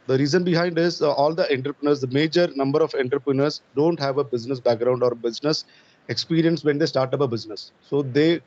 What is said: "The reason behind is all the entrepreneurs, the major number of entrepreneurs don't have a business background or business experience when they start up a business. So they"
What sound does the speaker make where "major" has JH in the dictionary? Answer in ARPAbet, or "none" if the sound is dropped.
JH